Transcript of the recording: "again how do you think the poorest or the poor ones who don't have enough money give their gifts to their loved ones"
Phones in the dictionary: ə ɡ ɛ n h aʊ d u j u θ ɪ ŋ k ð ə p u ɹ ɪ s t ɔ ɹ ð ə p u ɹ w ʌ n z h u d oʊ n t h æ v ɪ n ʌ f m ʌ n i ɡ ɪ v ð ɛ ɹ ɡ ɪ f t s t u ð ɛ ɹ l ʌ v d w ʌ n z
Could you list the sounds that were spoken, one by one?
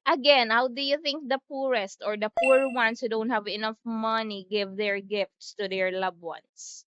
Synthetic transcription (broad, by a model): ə ɡ ɛ n h aʊ d u j u θ ɪ ŋ k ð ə p u ɹ ɪ s t ɔ ɹ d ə p u ɹ w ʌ n s h u d oʊ n t h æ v ɪ n ʌ f m ʌ n i ɡ ɪ v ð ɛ ɹ ɡ ɪ f t s t u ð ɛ ɹ l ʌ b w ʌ n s